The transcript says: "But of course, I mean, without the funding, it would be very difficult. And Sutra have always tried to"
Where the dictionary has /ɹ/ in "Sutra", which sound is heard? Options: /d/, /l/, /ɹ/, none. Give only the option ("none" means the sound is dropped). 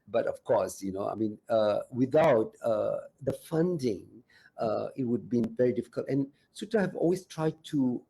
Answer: none